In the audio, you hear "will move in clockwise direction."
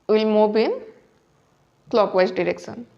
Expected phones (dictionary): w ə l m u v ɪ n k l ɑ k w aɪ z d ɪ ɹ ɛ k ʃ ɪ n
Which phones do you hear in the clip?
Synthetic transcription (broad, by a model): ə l m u b ɪ n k l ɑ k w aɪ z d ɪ ɹ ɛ k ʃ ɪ n